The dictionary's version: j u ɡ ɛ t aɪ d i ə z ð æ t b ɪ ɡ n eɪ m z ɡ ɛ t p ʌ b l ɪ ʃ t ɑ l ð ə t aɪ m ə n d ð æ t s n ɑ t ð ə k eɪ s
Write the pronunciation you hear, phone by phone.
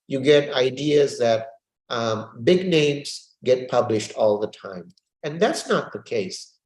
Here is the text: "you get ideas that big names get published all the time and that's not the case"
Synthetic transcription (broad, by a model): j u ɡ ɛ t aɪ d i ə z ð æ t b ɪ ɡ n eɪ m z ɡ ɛ t p ʌ b l ɪ ʃ t ɑ l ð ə t aɪ m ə n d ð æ t s n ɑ t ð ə k eɪ s